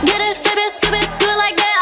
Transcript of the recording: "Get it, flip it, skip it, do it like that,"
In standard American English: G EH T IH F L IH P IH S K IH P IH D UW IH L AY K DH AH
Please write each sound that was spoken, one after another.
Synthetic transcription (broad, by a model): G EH T IH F IH B IH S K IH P IH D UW L AY K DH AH